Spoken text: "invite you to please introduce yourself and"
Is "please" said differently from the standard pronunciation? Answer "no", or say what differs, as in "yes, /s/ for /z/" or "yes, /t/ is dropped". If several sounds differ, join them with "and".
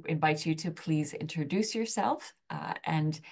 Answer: no